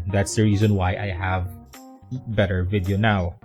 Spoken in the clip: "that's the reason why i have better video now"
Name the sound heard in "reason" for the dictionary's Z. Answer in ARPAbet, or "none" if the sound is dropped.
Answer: Z